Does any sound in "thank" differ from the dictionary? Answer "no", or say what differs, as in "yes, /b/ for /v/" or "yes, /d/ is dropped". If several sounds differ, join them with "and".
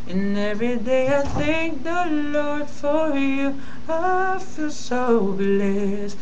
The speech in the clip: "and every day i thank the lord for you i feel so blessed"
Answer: no